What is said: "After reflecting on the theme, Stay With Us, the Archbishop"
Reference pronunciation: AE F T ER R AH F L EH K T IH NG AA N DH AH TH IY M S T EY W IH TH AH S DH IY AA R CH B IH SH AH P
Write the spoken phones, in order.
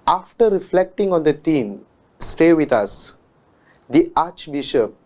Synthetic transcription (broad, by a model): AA F T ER R AH F L EH K T IH NG AA N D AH T IY M S T EY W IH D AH S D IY AA CH B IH SH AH P